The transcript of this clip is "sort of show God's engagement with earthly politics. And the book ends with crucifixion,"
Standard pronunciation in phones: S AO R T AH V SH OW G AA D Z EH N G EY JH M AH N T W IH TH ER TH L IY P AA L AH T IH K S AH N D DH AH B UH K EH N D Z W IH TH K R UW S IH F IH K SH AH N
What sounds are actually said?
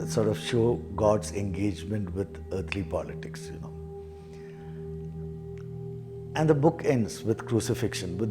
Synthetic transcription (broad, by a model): S AO R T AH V SH OW G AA D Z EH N G EY JH M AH N T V IH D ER T L IY P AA L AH T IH K S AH N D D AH B UH K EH N D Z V IH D K R UW S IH F IH K SH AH N